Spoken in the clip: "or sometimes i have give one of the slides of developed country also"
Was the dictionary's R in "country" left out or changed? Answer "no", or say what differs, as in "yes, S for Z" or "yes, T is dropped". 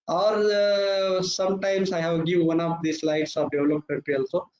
yes, R is dropped